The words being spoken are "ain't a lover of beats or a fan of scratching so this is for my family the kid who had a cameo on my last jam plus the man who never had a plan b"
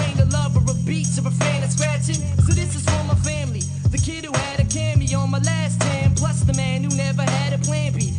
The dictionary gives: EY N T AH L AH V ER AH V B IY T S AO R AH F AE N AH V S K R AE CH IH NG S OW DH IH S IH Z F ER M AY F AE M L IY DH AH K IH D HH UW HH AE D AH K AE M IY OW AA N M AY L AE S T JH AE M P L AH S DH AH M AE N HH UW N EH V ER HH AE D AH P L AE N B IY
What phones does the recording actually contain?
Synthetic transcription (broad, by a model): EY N AH L AH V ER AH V B IY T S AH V AH F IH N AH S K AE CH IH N S OW DH IH S IH Z F ER M AY F AE M L IY DH AH K IH D HH UW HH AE D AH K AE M IY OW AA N M AY L AE S T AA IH M P L AH S DH AH M AE N HH UW N EH V ER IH D AH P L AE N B IY